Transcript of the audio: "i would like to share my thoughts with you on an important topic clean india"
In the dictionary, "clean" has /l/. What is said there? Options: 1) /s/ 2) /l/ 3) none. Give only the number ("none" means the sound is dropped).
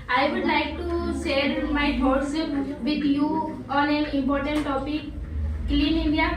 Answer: 2